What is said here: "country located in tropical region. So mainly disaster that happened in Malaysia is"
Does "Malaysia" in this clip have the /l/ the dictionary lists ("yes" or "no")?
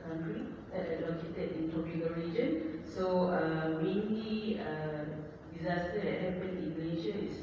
no